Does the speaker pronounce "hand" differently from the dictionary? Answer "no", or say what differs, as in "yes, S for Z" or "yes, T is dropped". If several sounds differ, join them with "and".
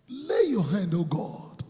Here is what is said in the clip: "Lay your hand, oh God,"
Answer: no